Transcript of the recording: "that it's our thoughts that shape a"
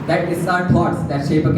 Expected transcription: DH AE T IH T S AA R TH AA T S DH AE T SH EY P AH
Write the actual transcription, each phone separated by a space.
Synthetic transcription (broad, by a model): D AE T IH S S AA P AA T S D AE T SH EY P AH